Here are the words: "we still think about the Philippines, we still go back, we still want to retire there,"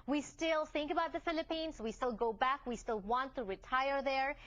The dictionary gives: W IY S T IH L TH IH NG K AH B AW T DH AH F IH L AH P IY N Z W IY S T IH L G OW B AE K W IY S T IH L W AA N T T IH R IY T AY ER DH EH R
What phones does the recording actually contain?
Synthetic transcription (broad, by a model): W IY S T IH L TH IH NG K AH B AW T DH AH F IH L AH P IY N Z W IY S T IH L G OW B AE K W IY S T IH L W AA N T T IH R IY T AY ER DH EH R